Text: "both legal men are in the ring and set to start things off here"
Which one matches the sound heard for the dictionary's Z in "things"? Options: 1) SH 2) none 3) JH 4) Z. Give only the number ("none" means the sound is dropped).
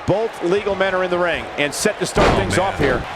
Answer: 4